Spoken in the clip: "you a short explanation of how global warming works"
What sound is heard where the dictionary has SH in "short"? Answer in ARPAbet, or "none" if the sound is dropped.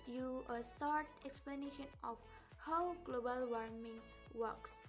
S